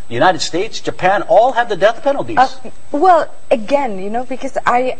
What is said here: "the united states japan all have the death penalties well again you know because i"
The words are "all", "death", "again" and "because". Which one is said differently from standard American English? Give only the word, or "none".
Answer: none